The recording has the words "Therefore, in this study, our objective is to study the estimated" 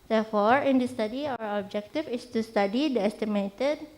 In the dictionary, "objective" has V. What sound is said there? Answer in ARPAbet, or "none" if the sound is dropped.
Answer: F